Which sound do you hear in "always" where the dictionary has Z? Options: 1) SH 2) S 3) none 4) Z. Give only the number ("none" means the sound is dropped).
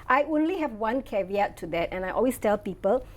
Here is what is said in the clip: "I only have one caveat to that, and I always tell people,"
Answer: 2